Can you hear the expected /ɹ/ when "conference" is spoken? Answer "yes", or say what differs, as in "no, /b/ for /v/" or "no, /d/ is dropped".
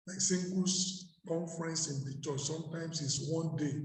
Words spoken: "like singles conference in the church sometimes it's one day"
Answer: yes